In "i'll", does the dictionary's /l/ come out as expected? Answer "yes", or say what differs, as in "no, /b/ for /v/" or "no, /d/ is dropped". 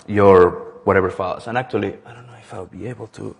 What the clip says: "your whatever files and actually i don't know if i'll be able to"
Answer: no, /w/ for /l/